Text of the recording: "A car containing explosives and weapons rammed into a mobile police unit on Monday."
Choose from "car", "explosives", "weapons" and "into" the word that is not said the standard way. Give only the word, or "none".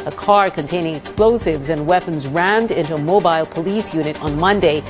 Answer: none